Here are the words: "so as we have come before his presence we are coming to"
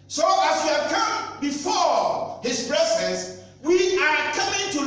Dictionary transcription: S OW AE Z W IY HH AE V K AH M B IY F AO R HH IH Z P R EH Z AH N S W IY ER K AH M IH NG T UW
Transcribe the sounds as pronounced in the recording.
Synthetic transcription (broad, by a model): S OW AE S W IY HH AE V K AH M B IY F AO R HH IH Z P R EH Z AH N S W IY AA K AH M IH NG T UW